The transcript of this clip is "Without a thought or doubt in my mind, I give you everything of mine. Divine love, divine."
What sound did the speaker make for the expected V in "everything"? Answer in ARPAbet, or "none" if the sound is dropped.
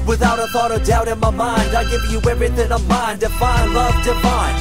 none